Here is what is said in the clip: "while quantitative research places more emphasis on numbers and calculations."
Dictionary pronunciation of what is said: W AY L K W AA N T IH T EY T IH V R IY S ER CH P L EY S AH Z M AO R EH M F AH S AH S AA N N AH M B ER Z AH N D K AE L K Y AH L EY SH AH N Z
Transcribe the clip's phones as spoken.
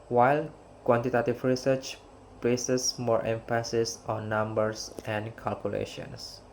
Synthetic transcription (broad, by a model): W AY L K W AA N T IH T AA T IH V R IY S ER CH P L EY S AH S M AO R EH M F AH S AH S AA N N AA M B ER S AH N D K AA L K Y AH L EY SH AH N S